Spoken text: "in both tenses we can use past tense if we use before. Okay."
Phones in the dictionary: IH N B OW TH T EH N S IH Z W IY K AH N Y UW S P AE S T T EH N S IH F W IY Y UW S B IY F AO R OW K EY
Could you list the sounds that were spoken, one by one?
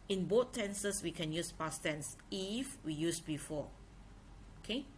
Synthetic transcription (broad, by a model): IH N B OW T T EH N S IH S W IY K AH N Y UW S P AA S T T EH N S IH F W IY Y UW S B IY F AO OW K EY